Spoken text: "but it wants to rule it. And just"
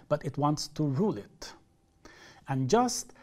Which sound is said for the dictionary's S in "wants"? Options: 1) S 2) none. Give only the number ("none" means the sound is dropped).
1